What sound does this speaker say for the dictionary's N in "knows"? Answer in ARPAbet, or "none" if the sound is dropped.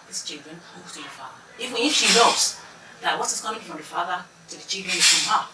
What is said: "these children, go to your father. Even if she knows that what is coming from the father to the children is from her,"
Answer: L